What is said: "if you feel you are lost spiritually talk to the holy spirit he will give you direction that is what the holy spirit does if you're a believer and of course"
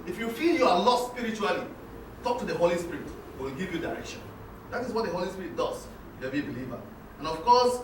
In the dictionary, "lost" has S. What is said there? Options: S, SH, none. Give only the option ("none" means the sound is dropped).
none